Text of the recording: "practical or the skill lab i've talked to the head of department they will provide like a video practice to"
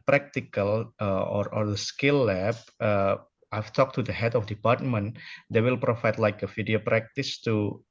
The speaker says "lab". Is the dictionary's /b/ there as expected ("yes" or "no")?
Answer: no